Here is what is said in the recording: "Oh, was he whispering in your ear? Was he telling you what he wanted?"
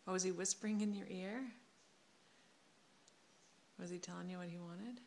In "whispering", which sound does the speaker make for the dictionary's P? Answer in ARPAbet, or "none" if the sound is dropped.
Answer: P